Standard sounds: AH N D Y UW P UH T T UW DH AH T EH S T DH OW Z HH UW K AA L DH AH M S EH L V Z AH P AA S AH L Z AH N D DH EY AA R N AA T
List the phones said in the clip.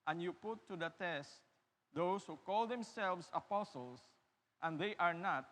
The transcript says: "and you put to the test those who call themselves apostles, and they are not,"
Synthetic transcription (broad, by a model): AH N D Y UW P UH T T UW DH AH T EH S T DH OW S HH UW K AA L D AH M S EH L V S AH P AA S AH L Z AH N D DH EY AA R N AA T